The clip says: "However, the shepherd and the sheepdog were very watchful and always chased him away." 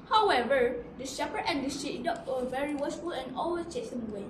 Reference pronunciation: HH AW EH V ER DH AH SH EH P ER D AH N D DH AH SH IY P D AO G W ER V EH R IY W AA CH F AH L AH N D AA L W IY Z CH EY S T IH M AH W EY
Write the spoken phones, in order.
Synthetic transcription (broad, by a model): HH AW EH V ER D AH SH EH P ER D AH N D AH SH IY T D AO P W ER V EH R IY W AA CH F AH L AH N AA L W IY S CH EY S IH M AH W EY